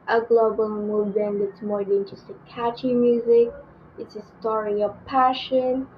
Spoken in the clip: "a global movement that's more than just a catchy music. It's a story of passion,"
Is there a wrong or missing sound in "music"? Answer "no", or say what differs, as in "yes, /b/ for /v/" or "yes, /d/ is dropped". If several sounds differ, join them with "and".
no